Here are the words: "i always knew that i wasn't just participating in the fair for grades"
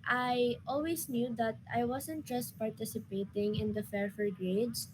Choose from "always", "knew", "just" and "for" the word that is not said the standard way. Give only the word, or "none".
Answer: always